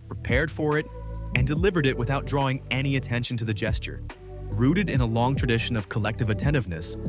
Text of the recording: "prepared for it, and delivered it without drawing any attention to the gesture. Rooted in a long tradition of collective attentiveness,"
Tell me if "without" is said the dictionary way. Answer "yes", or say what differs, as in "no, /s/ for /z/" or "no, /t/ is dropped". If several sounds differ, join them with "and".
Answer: yes